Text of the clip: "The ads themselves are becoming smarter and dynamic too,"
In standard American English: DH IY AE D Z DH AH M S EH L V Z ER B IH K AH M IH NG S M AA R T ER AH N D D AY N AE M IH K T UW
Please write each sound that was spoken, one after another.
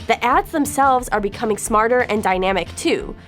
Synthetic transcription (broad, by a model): DH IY AE D Z DH AH M S EH L V Z ER B IH K AH M IH NG S M AA R T ER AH N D D AY N AE M IH K T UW